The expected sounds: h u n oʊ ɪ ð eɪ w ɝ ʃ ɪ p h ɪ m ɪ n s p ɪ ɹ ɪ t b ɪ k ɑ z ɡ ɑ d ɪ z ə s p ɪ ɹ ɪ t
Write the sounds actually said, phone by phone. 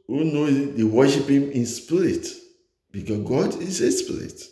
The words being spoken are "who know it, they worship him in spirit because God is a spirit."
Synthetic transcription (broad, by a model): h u n oʊ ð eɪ w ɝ ʃ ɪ p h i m ɪ n s p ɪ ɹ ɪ t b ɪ k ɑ ɡ ɑ d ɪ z ə s p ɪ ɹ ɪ t